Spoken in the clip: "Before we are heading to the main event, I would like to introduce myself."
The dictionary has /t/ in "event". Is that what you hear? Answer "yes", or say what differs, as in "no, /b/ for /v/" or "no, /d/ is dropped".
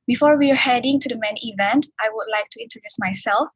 yes